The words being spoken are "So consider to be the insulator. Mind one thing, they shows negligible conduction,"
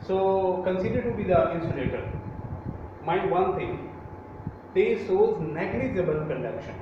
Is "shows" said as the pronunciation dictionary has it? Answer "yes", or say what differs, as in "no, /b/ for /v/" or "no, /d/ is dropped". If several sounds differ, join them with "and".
no, /s/ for /ʃ/